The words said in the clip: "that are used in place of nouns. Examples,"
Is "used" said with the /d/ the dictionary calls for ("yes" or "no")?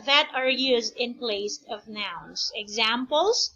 yes